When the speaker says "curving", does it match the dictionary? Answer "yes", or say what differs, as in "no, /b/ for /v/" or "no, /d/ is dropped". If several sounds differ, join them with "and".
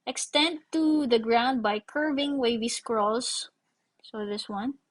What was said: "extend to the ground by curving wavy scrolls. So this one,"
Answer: yes